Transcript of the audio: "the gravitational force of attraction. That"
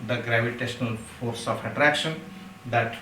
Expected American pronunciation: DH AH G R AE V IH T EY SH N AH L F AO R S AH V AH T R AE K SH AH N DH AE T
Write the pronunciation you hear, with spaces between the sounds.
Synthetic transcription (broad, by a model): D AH G R AE V IH T EY SH N AH L F AO R S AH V AH T R AE K SH AH N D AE T